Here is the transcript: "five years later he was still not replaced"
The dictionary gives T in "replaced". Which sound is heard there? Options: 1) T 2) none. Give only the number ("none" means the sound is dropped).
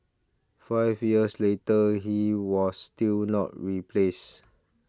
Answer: 2